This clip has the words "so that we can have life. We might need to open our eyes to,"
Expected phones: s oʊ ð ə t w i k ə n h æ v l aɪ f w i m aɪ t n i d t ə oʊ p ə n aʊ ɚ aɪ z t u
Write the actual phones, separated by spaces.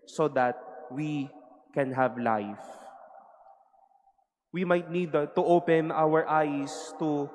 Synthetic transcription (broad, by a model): s oʊ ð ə t w i k ə n h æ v l aɪ f w i m aɪ t n i d t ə oʊ p ə n aʊ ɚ aɪ s t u